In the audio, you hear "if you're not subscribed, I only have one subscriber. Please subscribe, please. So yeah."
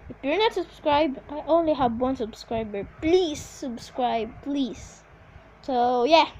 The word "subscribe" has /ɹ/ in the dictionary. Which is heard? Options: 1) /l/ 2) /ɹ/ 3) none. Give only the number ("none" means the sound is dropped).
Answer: 2